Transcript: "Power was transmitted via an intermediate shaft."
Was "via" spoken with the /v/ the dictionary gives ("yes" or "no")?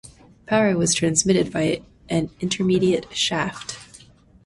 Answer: no